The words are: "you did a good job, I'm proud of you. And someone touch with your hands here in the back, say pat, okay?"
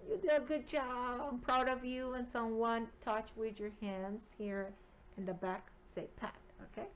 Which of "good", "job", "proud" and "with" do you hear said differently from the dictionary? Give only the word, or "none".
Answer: none